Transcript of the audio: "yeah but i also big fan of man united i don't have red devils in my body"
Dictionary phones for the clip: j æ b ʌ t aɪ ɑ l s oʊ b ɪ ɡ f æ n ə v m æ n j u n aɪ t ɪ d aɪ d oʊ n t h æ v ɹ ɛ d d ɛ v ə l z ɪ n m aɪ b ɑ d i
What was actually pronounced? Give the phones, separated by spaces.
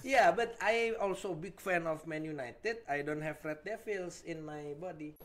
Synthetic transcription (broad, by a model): j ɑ b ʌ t aɪ ɑ l s oʊ b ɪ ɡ f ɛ n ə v m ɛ n j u n aɪ t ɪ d aɪ d oʊ n t h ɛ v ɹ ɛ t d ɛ f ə l s ɪ n m aɪ b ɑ d i